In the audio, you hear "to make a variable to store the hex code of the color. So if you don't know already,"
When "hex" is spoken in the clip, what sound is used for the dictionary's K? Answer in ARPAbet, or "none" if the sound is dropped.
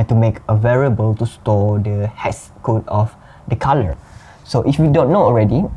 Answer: none